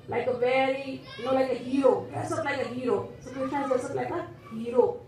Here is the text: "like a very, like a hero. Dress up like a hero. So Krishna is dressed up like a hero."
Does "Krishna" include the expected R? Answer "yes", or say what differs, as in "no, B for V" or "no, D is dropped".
no, R is dropped